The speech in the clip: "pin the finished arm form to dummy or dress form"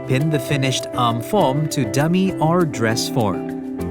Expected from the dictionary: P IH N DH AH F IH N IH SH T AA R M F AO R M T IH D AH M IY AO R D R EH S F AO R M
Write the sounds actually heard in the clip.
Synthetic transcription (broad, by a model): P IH N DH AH F IH N IH SH T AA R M F AO R M T IH D AH M IY AO R D R EH S F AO R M